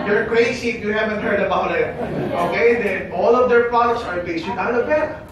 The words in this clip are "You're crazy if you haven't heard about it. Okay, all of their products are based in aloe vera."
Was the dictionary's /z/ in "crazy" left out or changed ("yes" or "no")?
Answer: yes